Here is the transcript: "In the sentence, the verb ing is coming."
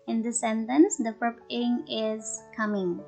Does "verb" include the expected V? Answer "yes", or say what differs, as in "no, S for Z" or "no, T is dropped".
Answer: no, P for V